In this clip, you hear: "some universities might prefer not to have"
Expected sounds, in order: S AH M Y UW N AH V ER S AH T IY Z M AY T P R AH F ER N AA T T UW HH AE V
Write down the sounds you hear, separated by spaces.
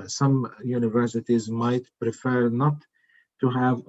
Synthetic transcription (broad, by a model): S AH M Y UW N AH V ER S AH T IY Z M AY T P R AH F ER N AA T T UW HH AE V